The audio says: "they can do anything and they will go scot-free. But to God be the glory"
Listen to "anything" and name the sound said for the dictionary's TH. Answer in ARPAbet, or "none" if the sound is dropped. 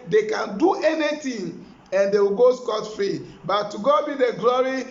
T